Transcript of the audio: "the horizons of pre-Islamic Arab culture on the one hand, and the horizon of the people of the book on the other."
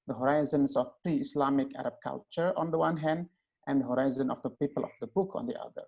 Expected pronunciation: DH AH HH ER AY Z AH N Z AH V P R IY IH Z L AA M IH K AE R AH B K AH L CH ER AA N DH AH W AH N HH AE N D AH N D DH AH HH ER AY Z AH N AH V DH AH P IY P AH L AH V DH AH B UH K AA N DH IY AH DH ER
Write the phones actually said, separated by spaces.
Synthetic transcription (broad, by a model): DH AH HH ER AY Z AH N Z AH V P R IY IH S L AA M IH K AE R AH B K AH L CH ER AA N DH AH W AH N HH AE N D AH N D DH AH HH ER AY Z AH N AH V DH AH P IY P AH L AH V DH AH B UH K AA N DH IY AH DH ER